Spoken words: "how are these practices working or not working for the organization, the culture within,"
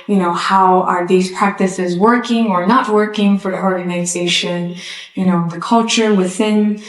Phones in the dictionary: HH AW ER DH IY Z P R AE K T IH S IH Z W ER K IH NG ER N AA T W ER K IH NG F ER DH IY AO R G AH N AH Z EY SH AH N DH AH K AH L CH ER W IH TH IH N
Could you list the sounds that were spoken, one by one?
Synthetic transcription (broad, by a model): HH AW ER DH IY Z P R AE K T IH S IH Z W ER K IH NG ER N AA T W ER K IH NG F ER DH IY AO R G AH N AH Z EY SH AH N DH AH K AH L CH ER W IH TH IH N